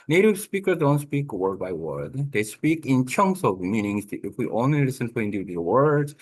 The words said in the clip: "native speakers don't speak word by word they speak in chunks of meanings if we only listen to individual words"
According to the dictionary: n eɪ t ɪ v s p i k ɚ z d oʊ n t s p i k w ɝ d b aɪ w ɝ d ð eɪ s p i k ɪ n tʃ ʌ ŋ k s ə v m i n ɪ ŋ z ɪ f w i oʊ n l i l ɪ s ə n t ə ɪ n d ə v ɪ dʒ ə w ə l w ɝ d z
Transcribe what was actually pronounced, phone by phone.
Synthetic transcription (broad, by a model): n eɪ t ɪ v s p i k ɚ z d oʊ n t s p i k w ɝ d b aɪ w ɝ d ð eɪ s p i k ɪ n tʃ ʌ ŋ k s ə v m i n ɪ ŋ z ɪ f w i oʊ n i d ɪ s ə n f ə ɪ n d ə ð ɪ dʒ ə w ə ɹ d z